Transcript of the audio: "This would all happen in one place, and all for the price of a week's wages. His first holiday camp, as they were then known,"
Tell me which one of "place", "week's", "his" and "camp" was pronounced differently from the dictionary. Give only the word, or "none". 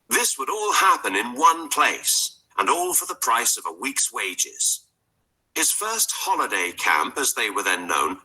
none